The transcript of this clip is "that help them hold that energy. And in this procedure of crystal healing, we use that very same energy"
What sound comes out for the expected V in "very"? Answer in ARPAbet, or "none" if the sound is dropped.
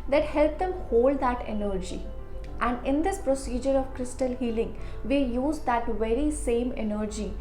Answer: V